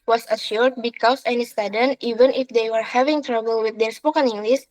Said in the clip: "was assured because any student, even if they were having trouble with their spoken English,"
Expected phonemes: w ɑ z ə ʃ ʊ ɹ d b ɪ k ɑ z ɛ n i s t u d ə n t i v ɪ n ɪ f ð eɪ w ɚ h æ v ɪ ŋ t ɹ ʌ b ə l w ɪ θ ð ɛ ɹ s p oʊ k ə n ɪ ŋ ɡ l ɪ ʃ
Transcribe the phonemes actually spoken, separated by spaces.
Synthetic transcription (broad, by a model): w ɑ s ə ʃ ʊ ɹ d b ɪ k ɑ s ɛ n i s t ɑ d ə n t i v ɪ n ɪ f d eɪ w ɚ h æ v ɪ ŋ t ɹ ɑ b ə l w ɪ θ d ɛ ɹ s p oʊ k ə n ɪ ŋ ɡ l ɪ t